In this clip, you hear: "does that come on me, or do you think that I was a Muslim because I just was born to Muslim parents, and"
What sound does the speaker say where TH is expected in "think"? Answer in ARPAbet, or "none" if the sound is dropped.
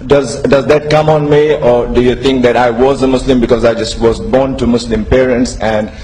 T